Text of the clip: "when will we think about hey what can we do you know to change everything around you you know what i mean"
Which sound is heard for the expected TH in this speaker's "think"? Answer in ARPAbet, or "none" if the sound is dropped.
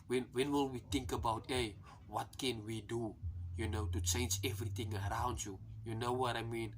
T